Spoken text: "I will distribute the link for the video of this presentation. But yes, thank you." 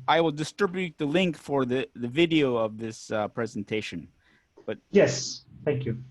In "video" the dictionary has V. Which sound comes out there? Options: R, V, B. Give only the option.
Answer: V